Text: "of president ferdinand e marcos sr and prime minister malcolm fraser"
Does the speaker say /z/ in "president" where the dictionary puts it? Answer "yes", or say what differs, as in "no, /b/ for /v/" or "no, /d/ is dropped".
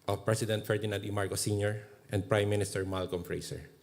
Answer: no, /s/ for /z/